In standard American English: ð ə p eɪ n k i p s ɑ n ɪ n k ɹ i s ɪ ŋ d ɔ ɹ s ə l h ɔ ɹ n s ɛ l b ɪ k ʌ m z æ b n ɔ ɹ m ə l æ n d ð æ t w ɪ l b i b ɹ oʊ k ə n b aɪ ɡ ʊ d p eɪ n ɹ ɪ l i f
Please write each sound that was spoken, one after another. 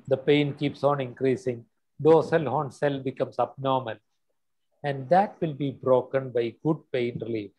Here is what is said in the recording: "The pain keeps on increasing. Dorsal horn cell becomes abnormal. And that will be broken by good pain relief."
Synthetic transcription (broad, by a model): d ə p eɪ n k i p s ɑ n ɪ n k ɹ i s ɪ ŋ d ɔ s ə l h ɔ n s ɛ l b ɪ k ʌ m s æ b n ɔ ɹ m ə l æ n d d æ t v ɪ l b i b ɹ oʊ k ə n b aɪ ɡ ʊ d p eɪ n ɹ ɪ l i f